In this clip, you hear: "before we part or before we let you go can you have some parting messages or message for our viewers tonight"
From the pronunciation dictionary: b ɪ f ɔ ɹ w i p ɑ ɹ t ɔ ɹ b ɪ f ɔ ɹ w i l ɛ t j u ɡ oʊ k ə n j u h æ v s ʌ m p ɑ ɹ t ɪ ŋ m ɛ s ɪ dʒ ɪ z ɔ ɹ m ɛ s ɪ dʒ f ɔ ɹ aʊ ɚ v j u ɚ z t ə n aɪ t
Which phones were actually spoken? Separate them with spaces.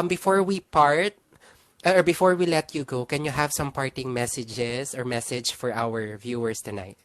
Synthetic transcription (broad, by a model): b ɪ f ɔ ɹ w i p ɑ ɹ t ɔ ɹ b ɪ f ɔ ɹ w i l ɛ t j u ɡ oʊ k ə n j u h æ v s ʌ m p ɑ ɹ t ɪ ŋ m ɛ s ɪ dʒ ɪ s ɔ ɹ m ɛ s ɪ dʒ f ɔ ɹ aʊ ɚ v j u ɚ s t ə n aɪ t